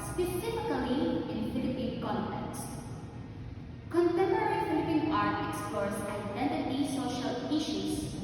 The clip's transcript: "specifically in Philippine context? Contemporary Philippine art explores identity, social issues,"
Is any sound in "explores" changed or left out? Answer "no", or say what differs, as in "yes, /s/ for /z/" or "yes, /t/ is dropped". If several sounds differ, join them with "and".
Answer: yes, /l/ is dropped and /s/ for /z/